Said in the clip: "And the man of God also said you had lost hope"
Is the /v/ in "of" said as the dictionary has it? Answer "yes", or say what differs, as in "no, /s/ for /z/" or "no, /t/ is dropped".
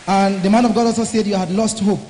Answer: yes